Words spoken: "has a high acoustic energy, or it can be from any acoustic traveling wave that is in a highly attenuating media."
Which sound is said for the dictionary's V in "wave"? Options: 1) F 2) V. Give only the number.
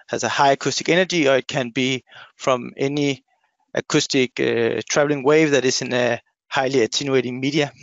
2